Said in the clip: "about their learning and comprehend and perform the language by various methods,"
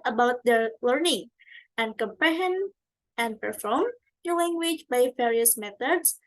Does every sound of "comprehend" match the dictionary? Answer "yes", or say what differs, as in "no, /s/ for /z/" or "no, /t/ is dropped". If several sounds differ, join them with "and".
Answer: no, /d/ is dropped